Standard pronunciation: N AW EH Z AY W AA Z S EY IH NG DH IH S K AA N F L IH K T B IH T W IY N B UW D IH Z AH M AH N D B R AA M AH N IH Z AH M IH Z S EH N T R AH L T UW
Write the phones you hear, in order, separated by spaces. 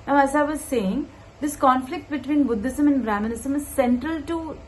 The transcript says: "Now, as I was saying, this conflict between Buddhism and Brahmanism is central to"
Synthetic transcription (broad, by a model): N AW EH Z AY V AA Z S EY IH NG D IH S K AA N F L IH K T B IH T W IY N B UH D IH S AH M AH N D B R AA M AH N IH S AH M IH Z S EH N T R AH L T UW